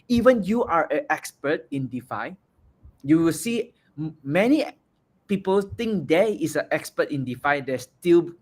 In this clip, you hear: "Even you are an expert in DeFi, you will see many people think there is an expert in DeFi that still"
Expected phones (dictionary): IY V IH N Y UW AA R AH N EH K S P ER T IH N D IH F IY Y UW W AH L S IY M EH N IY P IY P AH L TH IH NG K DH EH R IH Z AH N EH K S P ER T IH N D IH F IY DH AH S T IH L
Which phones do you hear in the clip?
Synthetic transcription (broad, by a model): IY V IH N Y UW AA R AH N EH K S P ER T IH N D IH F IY Y UW W AH L S IY M EH N IY P IY P AH L T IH NG K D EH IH S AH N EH K S P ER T IH N D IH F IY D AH S T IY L